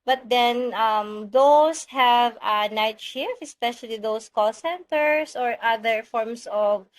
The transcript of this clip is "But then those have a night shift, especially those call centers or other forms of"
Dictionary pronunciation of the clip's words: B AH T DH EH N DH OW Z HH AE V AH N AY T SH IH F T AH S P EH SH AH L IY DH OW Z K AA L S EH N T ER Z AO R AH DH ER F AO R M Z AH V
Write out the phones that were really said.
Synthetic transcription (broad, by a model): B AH T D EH N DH OW S HH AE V AH N AY T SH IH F AH S P EH SH AH L IY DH OW S K AA L S EH N T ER S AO R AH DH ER F AO R M S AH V